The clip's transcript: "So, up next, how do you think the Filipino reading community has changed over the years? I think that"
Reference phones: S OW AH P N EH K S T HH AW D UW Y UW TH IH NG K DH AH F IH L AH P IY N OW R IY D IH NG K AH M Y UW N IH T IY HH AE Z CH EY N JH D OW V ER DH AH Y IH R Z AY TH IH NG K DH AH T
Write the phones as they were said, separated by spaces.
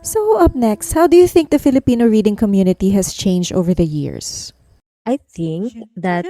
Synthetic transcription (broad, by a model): S OW AH P N EH K S T HH AW D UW Y UW TH IH NG K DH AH F IH L AH P IY N OW R IY D IH NG K AH M Y UW N IH T IY HH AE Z CH EY N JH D OW V ER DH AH Y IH R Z AY TH IH NG K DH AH T